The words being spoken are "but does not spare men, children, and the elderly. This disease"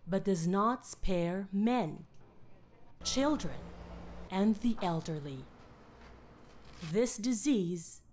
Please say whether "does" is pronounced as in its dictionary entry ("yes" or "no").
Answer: yes